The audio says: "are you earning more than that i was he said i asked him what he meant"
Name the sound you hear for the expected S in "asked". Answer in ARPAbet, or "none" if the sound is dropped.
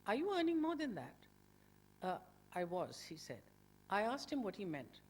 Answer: S